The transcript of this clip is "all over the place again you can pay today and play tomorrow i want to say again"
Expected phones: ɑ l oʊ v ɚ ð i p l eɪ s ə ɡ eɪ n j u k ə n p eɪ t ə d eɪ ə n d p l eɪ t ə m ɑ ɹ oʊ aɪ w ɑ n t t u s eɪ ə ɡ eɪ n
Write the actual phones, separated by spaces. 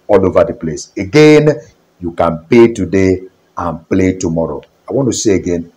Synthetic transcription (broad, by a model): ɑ l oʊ v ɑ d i p l eɪ s ə ɡ eɪ n j u k ə n p eɪ t ə d eɪ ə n p l eɪ t ə m ɑ ɹ oʊ aɪ w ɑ n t t u s eɪ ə ɡ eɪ n